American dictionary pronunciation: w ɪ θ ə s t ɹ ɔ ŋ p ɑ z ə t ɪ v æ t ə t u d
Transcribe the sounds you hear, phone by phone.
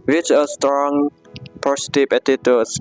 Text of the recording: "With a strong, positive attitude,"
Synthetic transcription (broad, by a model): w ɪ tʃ ə s t ɹ ɔ ŋ p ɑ s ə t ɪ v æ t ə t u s